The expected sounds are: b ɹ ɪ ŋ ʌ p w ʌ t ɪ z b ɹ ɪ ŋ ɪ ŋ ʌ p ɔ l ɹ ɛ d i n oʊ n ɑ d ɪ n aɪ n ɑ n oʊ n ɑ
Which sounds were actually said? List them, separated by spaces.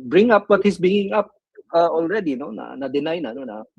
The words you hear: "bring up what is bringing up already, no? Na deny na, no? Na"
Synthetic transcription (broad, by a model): b ɹ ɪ ŋ ʌ p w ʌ t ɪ s b ɪ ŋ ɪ ŋ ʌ p ɔ l ɹ ɛ d i n oʊ n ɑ d ɪ n aɪ n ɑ n oʊ n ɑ